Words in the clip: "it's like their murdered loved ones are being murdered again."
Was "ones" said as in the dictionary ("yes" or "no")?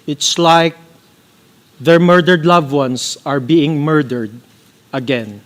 no